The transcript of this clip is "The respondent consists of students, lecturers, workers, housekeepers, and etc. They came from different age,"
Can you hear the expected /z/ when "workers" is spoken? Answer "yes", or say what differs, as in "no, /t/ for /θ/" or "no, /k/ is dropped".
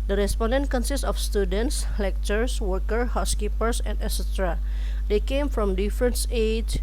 no, /z/ is dropped